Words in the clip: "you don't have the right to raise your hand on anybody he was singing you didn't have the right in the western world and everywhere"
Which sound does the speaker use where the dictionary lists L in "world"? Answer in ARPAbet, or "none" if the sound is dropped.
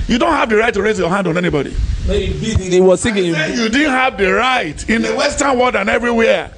none